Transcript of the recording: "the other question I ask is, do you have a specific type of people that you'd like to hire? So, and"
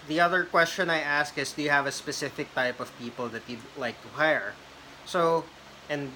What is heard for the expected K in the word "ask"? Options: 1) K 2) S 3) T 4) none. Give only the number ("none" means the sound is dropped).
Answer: 1